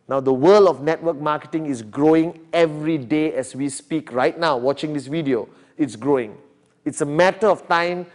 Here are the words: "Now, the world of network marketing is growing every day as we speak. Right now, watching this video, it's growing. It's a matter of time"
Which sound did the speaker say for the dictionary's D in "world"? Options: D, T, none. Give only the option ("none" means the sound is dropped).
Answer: none